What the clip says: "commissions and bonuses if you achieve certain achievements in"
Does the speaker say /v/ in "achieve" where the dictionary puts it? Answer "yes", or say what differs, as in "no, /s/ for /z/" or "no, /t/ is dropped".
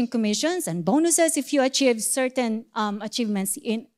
yes